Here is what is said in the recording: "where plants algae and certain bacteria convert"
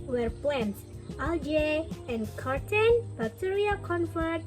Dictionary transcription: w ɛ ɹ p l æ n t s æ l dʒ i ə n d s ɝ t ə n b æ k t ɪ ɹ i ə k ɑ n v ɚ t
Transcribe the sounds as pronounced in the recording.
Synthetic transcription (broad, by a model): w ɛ ɹ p ɛ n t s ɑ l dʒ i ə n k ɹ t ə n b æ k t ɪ ɹ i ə k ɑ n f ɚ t